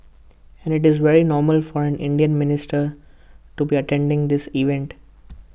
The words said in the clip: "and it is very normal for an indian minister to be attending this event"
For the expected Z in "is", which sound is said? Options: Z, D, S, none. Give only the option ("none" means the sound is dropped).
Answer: Z